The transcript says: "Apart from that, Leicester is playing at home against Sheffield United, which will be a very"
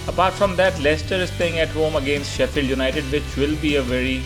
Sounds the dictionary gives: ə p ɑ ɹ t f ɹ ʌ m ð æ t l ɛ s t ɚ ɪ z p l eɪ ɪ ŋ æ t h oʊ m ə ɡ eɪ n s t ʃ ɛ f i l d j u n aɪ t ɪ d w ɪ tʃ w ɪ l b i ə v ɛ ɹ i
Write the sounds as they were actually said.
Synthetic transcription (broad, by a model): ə p ɑ ɹ t f ɹ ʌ m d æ t l ɛ s t ɚ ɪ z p eɪ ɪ ŋ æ t h oʊ m ə ɡ eɪ n s t ʃ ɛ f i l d j u n aɪ t ɪ d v ɪ tʃ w ɪ l b i ə v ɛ ɹ i